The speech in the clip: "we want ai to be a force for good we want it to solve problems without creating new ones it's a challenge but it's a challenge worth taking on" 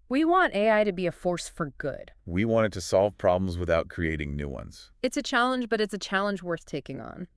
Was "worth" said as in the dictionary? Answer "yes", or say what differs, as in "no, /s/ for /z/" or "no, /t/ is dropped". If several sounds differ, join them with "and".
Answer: yes